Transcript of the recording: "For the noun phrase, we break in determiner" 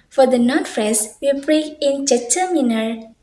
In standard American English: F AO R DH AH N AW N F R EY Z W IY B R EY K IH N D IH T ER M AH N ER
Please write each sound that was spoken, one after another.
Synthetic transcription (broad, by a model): F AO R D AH N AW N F R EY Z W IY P R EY IH N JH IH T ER M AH N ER